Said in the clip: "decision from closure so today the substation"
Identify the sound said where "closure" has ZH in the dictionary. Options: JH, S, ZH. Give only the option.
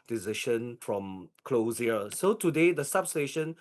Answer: S